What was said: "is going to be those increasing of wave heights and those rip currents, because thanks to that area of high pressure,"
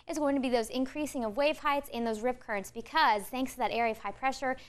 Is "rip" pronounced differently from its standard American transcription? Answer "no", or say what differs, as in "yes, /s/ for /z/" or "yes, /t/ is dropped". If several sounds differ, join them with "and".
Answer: no